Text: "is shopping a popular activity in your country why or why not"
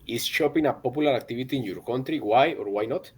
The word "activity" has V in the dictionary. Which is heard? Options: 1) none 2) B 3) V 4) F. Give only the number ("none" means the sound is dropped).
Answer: 2